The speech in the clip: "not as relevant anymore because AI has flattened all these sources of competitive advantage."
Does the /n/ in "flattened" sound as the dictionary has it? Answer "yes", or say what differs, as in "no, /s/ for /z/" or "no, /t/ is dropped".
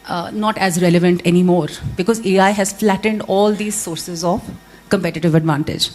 yes